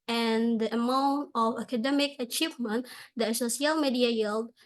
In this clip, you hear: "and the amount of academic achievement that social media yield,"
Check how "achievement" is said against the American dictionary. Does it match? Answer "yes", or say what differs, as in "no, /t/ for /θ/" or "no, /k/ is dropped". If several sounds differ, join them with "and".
yes